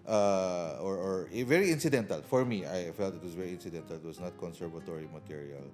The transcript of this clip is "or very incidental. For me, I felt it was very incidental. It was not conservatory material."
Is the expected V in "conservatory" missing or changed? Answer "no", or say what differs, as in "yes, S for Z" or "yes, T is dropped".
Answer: no